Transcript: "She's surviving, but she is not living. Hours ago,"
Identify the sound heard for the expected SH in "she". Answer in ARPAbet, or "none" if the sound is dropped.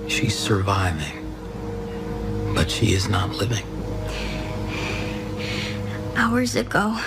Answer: SH